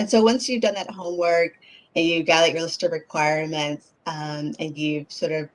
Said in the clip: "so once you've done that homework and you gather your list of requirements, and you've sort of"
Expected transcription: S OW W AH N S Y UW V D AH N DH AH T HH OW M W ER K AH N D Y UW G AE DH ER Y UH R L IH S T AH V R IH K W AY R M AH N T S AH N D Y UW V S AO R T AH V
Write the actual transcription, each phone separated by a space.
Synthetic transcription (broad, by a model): S OW W AH N S Y UW V D AH N DH AH T HH OW M W ER K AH N Y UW G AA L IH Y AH R L IH S T AH V R IH K W AY R M AH N T S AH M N Y UW V S AO R T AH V